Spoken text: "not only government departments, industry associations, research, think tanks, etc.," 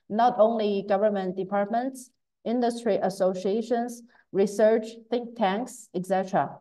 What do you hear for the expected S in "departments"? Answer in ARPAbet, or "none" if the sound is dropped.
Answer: S